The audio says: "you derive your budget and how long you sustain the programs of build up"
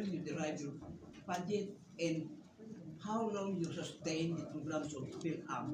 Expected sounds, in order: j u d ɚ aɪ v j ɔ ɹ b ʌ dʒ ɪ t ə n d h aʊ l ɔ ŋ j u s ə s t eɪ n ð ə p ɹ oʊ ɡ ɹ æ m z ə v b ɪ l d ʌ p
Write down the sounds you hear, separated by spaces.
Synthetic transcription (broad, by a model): j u d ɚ aɪ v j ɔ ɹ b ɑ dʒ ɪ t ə n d h aʊ l ɔ ŋ j u s ə s t eɪ n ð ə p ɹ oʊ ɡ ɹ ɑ m s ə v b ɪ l ɑ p